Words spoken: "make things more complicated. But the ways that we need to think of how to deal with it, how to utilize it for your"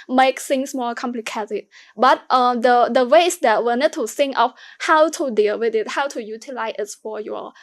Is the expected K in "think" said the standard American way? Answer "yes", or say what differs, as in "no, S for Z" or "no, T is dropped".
no, K is dropped